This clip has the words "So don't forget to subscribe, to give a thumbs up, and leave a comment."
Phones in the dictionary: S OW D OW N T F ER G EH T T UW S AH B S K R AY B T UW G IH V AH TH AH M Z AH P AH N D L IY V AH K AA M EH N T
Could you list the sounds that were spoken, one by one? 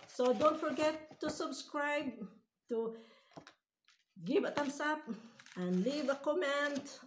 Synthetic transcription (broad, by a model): S OW D OW N T F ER G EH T T UW S AH B S K R AY B T UW G IH V AH T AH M S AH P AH N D L IY V AH K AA M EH N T